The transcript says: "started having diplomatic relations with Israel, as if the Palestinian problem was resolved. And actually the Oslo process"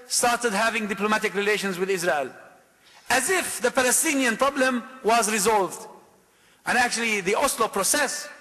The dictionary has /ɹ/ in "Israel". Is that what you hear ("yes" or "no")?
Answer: yes